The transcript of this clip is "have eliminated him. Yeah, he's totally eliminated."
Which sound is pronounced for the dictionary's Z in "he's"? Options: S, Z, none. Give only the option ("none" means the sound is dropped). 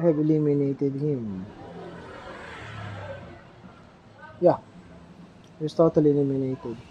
S